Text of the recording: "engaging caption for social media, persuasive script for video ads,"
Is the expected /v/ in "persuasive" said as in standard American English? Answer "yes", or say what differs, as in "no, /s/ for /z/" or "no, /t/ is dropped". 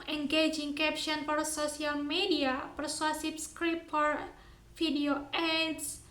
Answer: no, /p/ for /v/